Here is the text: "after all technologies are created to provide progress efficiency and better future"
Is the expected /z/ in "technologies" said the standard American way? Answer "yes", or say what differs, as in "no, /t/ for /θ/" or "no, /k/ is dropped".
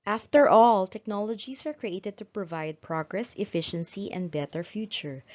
no, /s/ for /z/